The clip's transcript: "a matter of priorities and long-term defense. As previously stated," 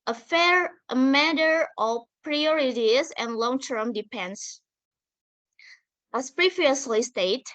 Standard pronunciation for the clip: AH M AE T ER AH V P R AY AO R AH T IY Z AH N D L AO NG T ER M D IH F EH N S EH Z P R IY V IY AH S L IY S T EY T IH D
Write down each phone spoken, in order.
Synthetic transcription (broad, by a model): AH M AE T ER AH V P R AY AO R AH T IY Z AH N L AO NG T ER M D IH P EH N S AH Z P R IY V IY AH S L IY S T EY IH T